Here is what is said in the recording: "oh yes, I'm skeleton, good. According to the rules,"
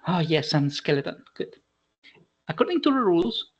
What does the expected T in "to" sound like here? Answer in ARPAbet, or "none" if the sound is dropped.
T